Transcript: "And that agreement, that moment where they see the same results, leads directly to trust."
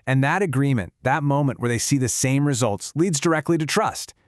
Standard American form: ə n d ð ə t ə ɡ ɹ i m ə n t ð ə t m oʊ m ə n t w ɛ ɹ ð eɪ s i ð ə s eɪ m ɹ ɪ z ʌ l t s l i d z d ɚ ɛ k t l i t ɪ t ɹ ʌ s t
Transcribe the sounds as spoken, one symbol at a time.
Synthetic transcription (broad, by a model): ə n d ð ə t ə ɡ ɹ i m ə n ð ə t m oʊ m ə n t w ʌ ɹ ð eɪ s i ð ə s eɪ m ɹ ɪ z ʌ l t s l i d z d ɚ ɛ k t l i t ɪ t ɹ ʌ s t